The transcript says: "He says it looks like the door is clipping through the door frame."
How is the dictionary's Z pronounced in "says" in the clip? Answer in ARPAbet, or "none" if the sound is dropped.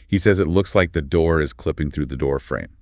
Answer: Z